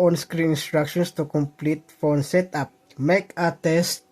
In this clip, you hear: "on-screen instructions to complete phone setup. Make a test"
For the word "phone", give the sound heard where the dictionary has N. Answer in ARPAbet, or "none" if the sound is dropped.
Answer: N